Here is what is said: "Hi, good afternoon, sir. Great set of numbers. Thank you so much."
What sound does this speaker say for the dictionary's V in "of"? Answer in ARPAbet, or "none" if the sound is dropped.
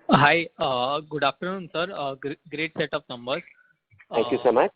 P